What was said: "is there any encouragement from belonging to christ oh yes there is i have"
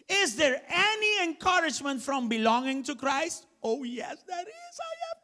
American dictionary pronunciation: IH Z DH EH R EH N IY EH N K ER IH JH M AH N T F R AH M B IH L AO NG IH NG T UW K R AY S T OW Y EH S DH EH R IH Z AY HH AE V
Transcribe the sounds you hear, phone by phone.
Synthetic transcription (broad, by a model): IH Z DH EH R EH N IY EH N K ER IH JH M AH N T F R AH M B IH L AO NG IH NG T UW K R AY S T OW Y EH S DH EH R IH Z AY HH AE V